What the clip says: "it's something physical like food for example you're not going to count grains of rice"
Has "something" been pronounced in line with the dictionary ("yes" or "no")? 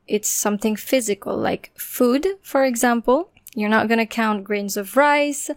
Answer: yes